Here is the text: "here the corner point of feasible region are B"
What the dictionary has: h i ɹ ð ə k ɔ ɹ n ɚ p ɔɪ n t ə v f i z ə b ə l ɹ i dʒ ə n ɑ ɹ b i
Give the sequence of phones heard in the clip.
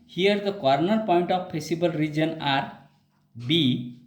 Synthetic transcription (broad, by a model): h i ɹ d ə k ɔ ɹ n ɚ p ɔɪ n t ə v p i s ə b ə l ɹ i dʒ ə n ɑ ɹ b i